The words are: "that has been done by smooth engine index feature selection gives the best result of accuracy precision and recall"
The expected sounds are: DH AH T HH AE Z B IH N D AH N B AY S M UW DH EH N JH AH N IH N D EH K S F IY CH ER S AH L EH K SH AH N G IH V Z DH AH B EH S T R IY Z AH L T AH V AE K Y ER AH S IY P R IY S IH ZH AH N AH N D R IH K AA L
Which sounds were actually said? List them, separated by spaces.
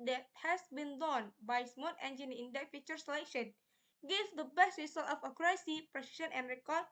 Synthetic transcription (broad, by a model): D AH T HH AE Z B IH N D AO N B AY S M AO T EH N JH AH N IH N D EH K F IY CH ER S AH L EH K SH AH N G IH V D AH B EH S T R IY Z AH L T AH F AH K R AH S IY P R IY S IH SH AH N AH N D R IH K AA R